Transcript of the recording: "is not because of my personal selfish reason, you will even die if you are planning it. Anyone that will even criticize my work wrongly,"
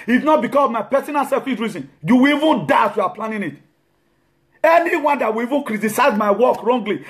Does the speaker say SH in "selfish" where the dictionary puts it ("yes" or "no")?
no